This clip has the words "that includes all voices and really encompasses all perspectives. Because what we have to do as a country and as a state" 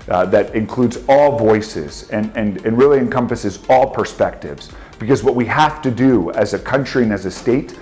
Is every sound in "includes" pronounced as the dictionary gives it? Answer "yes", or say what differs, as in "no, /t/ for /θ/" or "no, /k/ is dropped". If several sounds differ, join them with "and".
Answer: yes